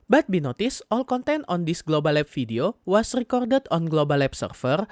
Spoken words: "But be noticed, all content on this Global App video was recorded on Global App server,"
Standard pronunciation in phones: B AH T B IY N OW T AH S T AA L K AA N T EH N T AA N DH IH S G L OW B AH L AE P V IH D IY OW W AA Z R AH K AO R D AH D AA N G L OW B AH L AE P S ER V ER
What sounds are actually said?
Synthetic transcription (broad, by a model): B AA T B IY N OW T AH S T AA L K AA N T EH N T AA N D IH S G L OW B AH L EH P F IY D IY OW W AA S R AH K AO R D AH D AA N G L OW B AH L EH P S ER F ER